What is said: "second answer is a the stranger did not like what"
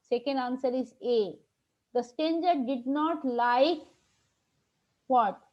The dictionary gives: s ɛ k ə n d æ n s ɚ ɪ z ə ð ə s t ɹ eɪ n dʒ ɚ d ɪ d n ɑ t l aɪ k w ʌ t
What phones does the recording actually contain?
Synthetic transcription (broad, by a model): s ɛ k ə n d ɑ n s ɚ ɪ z ə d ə s t eɪ n dʒ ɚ d ɪ d n ɑ t l aɪ k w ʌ t